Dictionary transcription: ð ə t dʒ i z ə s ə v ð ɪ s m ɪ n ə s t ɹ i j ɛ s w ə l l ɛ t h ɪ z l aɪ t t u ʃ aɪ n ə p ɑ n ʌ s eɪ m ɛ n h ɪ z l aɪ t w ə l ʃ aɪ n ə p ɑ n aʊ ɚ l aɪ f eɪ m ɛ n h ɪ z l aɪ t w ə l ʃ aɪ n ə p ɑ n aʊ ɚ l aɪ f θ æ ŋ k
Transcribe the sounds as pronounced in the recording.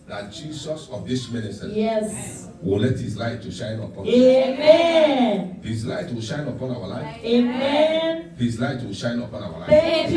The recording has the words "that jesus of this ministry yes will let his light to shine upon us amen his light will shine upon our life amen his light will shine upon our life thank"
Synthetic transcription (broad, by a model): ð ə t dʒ i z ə s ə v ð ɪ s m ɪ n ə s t i j ɛ s w ə l l ɛ t h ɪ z l aɪ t t u ʃ aɪ n ə p ɑ n eɪ m ɛ n h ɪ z l aɪ t w ə l ʃ aɪ n ə p ɑ n aʊ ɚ l aɪ f eɪ m ɛ n h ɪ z l aɪ t w ə l ʃ aɪ n ə p ɑ n aʊ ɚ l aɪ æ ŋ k